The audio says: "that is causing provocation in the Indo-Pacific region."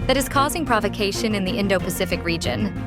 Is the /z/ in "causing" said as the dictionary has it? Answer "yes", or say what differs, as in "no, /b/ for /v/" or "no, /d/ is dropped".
yes